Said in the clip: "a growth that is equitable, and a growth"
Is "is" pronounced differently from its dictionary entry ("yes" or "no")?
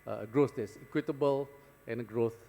yes